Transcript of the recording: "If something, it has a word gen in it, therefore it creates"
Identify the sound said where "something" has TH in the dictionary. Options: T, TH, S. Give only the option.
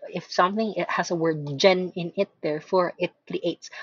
TH